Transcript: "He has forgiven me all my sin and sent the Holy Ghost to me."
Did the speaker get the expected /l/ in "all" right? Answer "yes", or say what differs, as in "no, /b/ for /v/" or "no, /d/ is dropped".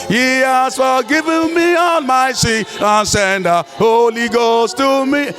no, /n/ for /l/